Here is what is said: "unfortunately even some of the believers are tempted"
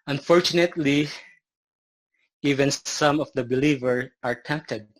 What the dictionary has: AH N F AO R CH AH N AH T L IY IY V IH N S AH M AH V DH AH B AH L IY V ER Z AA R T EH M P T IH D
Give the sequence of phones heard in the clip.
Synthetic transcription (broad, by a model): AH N F AO R CH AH N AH T L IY IY V IH N S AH M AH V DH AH B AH L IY V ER AA R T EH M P T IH D